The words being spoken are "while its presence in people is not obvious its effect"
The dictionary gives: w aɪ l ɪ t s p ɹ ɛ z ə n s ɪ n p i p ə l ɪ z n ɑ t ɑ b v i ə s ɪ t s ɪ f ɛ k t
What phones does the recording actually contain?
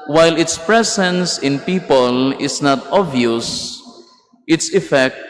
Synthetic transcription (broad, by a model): w aɪ l ɪ t s p ɹ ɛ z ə n s ɪ n p i p ə l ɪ s n ɑ t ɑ v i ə s ɪ t s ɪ f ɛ k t